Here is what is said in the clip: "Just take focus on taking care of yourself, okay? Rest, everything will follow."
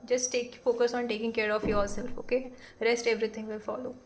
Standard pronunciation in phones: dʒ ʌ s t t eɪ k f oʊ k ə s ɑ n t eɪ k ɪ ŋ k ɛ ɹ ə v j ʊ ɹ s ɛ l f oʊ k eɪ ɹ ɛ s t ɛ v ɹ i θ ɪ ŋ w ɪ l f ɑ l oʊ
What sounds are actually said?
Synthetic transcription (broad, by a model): dʒ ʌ s t t eɪ k f oʊ k ə s ɑ n t eɪ k ɪ ŋ k ɛ ɹ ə f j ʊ l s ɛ l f oʊ k eɪ ɹ ɛ s t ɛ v ɹ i t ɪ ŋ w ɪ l f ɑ l oʊ